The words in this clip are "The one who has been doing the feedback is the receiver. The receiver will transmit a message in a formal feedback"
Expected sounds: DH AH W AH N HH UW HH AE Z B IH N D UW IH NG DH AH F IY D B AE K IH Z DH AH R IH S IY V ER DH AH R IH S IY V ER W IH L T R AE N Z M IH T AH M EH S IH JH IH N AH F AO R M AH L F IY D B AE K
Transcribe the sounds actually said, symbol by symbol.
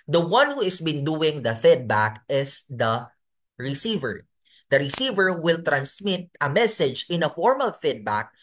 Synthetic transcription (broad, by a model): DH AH W AH N HH UW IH S B IH N D UW IH NG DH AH F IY D B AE K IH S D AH R IH S IY V ER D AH R IH S IY V ER W IH L T R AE N S M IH T AH M EH S IH JH IH N AH F AO R M AH L F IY D B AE K